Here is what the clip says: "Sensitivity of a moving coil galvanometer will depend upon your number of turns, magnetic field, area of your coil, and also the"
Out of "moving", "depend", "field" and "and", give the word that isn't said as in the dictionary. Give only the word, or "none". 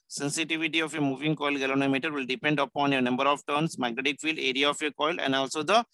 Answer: none